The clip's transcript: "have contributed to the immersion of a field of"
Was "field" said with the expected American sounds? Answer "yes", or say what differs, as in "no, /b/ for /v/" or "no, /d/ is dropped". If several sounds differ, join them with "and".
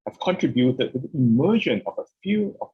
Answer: no, /d/ is dropped